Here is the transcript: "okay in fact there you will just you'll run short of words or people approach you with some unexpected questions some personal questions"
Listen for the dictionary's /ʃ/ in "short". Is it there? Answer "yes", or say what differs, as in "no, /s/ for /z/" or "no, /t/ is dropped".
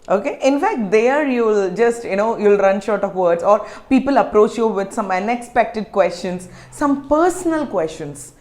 yes